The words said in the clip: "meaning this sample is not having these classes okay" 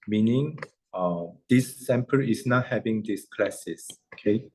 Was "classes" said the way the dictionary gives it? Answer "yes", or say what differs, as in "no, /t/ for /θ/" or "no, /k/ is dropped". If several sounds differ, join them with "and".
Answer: no, /s/ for /z/